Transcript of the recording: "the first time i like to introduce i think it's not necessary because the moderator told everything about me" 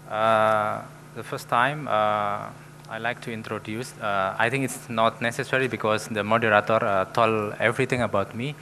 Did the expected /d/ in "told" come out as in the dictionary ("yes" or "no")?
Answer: no